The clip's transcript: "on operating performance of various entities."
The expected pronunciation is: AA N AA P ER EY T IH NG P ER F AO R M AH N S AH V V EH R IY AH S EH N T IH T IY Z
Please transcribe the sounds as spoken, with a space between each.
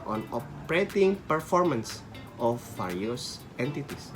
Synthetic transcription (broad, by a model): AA N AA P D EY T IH NG P ER F AO R M AH N S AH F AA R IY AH S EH N T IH T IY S